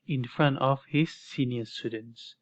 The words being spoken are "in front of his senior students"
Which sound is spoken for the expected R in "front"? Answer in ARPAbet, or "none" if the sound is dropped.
R